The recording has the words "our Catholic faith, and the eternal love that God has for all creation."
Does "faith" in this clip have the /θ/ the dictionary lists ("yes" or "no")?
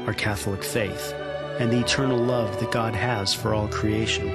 yes